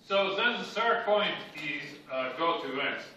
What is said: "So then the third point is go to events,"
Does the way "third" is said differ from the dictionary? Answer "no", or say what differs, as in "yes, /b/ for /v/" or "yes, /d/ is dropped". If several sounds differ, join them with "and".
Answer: yes, /t/ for /θ/